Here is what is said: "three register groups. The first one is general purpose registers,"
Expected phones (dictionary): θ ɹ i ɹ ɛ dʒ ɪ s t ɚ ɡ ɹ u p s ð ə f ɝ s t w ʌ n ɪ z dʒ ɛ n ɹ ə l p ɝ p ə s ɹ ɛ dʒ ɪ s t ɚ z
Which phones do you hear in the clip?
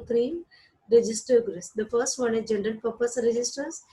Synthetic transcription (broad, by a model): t ɹ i ɹ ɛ dʒ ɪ s t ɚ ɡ ɹ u s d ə f ɝ s t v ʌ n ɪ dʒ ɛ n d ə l p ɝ p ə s ɹ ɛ dʒ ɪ s t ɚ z